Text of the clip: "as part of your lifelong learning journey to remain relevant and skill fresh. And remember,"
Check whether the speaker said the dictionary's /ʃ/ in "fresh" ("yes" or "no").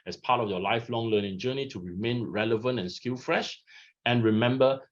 yes